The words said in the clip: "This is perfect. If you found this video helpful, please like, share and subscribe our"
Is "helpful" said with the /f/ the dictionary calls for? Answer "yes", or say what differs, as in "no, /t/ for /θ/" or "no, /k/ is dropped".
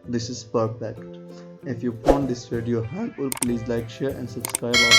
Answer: no, /f/ is dropped